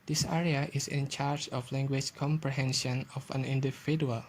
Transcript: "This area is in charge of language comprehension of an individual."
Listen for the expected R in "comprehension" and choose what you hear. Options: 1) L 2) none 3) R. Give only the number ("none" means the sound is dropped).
3